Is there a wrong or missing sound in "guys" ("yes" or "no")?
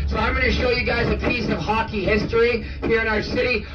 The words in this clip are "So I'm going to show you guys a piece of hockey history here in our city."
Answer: no